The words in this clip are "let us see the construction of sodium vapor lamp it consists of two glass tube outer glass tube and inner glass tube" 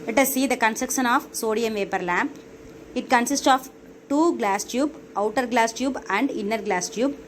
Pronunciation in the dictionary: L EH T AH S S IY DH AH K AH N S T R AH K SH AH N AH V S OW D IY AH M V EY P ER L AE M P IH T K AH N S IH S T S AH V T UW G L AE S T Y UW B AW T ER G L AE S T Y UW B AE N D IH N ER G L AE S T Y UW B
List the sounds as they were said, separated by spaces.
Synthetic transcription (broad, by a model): L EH T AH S S IY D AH K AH N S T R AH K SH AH N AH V S OW D IY AH M V EY P ER L AE M P IH T K AH N S IH S T S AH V T UW G L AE S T Y UW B AW T ER G L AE S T Y UW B AE N D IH N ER G L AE S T Y UW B